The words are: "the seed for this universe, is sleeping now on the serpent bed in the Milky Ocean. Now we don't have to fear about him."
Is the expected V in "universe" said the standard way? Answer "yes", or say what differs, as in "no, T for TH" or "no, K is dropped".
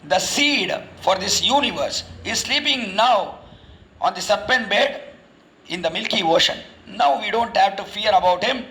yes